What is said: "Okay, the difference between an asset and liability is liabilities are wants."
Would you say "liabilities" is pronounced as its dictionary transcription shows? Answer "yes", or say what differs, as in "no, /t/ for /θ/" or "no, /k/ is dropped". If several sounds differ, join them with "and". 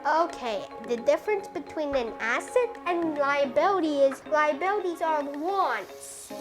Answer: yes